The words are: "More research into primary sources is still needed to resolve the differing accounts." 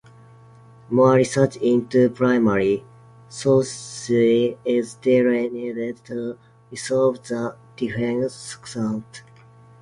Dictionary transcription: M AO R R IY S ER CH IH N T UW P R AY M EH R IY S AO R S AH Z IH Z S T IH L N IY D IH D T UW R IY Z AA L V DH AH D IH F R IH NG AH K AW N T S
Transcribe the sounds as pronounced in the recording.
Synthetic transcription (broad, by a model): M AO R R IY S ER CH IH N T UW P R AY M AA R IY S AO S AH IH Z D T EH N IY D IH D T UW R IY S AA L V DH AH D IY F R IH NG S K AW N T